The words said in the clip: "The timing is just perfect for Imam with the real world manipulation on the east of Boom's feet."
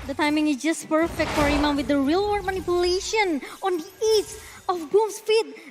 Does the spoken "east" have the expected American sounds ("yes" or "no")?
no